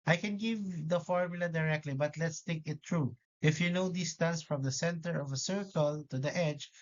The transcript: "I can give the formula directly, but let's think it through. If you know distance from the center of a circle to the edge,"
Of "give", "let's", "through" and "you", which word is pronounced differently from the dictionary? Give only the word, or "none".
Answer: through